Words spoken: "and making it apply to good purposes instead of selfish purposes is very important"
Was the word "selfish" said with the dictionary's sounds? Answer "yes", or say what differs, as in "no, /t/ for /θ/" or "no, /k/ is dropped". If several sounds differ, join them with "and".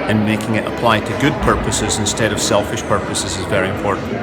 yes